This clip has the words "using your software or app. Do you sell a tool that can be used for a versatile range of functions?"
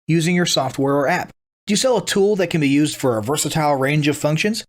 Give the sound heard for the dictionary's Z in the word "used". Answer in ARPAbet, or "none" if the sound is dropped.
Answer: Z